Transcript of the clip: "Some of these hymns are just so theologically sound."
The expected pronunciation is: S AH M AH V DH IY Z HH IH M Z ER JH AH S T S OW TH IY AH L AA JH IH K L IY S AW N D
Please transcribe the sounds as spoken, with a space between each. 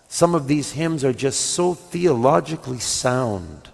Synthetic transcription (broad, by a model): S AH M AH V DH IY Z HH IH M Z ER JH AH S T S OW TH IY AH L AA JH IH K L IY S AW N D